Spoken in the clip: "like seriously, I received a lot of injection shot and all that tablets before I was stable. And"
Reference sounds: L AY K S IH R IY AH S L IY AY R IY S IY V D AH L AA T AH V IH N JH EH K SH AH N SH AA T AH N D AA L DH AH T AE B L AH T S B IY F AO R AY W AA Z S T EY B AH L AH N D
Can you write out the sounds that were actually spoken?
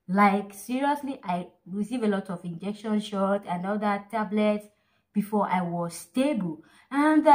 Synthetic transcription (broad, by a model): L AY K S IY R IY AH S L IY AY R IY S IY V AH L AA T AH V IH N JH EH K SH AH N SH AA T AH N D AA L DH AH T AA B L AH T S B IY F AO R AY W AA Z S T EY B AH L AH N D